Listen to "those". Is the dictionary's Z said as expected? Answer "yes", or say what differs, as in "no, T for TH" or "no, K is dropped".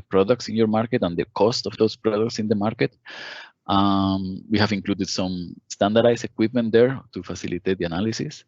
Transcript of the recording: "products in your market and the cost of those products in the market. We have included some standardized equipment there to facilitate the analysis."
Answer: no, S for Z